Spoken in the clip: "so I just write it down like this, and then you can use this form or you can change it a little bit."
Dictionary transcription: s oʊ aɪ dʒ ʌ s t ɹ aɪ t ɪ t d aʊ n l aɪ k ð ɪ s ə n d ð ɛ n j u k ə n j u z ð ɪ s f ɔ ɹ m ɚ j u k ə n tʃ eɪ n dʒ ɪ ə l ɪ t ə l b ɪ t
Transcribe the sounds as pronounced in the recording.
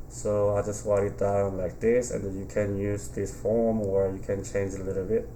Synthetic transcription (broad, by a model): s oʊ aɪ dʒ ʌ s t w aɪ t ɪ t d aʊ n l aɪ k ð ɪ s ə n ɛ n j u k ə n j u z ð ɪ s f ɔ ɹ m ɚ j u k ə n tʃ eɪ n dʒ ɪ ə l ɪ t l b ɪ t